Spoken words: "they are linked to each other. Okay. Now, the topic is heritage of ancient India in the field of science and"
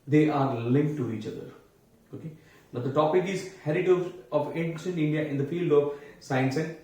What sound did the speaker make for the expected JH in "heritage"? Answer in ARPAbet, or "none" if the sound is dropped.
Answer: Z